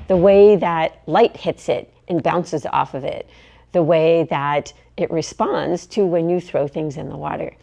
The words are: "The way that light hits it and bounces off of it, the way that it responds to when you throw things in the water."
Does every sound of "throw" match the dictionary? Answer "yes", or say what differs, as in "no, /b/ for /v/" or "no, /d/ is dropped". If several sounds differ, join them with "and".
yes